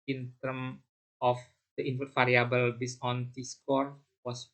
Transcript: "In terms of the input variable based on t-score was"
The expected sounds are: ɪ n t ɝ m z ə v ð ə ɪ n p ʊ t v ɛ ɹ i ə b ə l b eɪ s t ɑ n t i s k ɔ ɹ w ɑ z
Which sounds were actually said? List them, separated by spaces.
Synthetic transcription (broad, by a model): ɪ n t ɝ m ə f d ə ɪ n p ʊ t f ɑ ɹ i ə b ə l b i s ɑ n t i s k ɔ ɹ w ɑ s